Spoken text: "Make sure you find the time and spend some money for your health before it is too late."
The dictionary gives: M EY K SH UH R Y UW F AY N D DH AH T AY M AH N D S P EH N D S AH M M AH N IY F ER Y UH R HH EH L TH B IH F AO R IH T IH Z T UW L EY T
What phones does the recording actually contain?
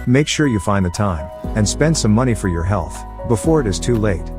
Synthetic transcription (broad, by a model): M EY K SH UH R Y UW F AY N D DH AH T AY M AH N S P EH N D S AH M M AH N IY F ER Y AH R HH EH L TH B IH F AO R IH T IH Z T UW L EY T